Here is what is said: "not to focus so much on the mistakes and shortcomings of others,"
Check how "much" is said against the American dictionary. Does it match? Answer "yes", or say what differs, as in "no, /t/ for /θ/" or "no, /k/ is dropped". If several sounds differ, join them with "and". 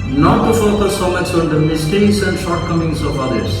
no, /s/ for /tʃ/